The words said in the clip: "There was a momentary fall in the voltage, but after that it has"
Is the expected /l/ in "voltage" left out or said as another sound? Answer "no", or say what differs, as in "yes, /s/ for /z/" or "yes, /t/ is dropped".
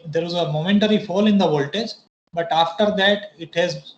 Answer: no